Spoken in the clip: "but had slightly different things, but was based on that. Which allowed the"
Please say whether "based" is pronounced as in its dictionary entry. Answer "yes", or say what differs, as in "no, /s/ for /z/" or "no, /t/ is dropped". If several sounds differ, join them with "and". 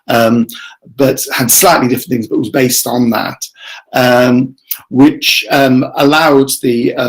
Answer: yes